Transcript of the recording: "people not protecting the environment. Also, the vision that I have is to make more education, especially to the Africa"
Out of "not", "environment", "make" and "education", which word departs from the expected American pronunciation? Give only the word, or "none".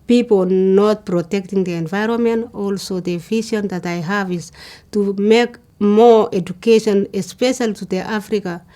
none